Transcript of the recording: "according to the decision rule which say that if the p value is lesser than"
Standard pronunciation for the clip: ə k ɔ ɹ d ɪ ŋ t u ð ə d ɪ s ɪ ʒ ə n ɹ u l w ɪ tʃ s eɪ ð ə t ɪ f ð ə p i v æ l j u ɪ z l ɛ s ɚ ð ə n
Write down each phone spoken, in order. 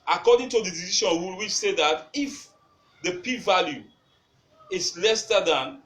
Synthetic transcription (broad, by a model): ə k ɔ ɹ d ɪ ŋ t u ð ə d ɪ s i ʃ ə n w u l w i s eɪ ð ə t ɪ f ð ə p i v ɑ l j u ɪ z l ɛ s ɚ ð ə n